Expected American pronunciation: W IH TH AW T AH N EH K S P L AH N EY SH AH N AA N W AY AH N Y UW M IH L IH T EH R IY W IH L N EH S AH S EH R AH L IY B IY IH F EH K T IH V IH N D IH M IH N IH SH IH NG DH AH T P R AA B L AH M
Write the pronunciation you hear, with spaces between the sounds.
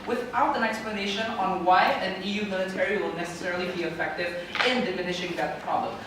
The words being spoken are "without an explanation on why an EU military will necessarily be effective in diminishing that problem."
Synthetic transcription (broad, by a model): W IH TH AW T AH N EH K S P L AH N EY SH AH N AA N W AY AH N Y UW M IH L IH T EH R IY W IH L N EH S AH S EH R AH L IY B IY IH F EH K T IH V IH N D IH M IH N IH SH IH NG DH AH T P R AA B L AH M